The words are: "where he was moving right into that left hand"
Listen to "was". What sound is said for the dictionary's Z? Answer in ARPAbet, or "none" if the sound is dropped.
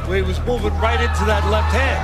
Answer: Z